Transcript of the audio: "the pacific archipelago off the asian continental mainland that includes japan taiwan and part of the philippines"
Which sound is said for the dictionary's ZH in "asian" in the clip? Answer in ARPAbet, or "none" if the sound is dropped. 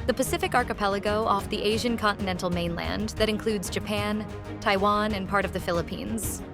ZH